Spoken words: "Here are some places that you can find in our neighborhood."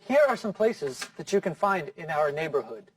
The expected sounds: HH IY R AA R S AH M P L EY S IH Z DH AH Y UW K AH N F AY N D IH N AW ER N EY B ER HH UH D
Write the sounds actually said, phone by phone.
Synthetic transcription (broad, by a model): HH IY R AA R S AH M P L EY S IH Z DH AH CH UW K AH N F AY N D IH N AW ER N EY B ER HH UH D